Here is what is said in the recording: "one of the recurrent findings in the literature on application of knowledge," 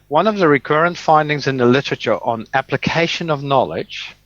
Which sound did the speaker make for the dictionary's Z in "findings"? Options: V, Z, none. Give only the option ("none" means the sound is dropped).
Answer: Z